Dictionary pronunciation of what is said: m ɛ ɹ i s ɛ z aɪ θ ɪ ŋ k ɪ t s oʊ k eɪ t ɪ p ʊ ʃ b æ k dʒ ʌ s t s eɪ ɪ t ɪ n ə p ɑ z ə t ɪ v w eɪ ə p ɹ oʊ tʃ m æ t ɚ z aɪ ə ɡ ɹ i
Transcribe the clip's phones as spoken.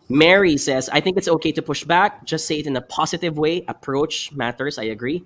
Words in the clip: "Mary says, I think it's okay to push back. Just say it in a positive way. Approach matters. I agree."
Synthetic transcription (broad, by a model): m ɛ ɹ i s ɛ z aɪ θ ɪ ŋ k ɪ t s oʊ k eɪ t ɪ p ʊ ʃ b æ k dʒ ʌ s t s eɪ ɪ t ɪ n ə p ɑ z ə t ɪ v w eɪ ə p ɹ oʊ tʃ m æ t ɚ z aɪ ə ɡ ɹ i